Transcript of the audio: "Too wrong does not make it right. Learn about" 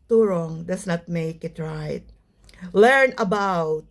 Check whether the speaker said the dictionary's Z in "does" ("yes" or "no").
no